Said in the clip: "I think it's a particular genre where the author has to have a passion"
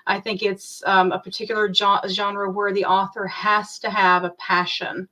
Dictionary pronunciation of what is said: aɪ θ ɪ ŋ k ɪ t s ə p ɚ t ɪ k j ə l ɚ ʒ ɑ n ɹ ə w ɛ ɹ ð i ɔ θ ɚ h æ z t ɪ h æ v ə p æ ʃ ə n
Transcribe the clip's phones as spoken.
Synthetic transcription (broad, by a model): aɪ θ ɪ ŋ k ɪ t s ə p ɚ t ɪ k j l ɚ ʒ ɑ n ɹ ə w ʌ ɹ ð i ɔ θ ɚ h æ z t ɪ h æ v ə p æ ʃ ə n